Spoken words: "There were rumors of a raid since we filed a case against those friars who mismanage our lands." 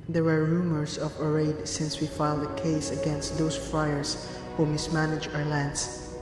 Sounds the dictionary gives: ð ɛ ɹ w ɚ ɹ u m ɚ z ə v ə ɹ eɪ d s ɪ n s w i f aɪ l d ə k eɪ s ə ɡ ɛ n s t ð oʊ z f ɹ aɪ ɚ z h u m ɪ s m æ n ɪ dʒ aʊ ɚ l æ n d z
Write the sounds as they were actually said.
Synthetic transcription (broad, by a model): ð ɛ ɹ w ɚ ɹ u m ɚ s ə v ə ɹ eɪ d s ɪ n s w i f aɪ l d ə k eɪ s ə ɡ ɛ n s t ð oʊ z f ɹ aɪ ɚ s h u m ɪ s m æ n ɪ dʒ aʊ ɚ l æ n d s